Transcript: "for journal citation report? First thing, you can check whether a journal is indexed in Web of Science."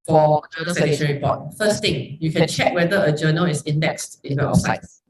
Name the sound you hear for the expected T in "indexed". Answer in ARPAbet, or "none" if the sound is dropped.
T